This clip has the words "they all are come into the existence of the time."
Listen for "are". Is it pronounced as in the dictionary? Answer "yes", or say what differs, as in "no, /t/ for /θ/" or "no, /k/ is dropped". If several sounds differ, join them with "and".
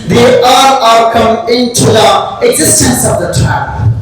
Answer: no, /l/ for /ɹ/